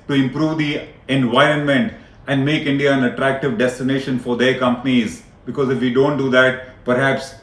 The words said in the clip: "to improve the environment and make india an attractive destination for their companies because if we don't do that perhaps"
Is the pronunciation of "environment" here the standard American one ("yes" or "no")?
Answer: yes